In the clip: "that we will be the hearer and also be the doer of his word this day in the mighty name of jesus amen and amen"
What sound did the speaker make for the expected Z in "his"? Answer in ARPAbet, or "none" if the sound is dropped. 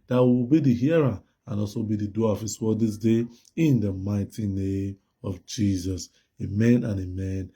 S